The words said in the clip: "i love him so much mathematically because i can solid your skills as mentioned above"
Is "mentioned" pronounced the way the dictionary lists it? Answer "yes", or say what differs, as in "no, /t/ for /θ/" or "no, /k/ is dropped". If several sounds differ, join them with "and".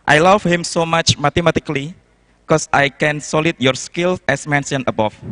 no, /d/ is dropped